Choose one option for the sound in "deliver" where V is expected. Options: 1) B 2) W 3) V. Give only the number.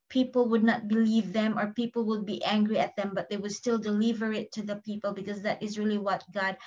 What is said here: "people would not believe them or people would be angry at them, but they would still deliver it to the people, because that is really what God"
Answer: 3